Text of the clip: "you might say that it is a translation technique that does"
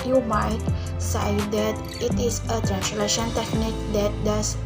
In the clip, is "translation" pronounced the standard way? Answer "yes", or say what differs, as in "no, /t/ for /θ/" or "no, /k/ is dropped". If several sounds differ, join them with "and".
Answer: yes